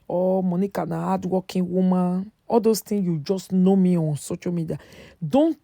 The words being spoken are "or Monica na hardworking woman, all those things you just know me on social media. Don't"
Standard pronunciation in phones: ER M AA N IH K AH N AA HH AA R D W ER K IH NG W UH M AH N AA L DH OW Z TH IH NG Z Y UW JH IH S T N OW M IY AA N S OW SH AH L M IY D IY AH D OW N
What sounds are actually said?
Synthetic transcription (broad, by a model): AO M AA N IH K AH N AA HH AA D W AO K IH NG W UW M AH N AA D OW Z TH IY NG Y UW JH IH S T N OW M IY AA N S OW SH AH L M IY D IY AH D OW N